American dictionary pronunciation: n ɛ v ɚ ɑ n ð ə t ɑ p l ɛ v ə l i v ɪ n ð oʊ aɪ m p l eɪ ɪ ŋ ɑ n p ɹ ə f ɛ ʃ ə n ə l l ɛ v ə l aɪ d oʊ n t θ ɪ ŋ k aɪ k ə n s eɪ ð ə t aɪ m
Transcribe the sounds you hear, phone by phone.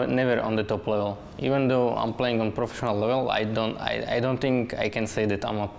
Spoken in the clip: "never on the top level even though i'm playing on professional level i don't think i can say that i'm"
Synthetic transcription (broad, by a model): n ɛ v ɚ ɑ n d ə t ɑ p l ɛ v ə l i v ɪ n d oʊ aɪ m p l eɪ ɪ ŋ ɑ n p ɹ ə f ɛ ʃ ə n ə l l ɛ v ə l aɪ d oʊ n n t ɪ ŋ k aɪ k ə n s eɪ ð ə t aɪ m